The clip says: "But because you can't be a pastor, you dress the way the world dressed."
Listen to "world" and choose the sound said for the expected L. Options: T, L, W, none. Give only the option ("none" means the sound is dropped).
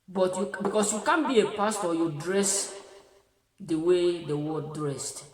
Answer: none